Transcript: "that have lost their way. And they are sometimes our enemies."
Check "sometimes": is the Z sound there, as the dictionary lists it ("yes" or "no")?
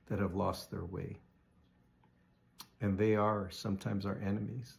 yes